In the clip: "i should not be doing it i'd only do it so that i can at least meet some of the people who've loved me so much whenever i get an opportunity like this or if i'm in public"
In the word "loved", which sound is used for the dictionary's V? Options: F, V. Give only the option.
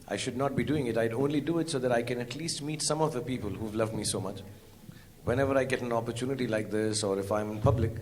V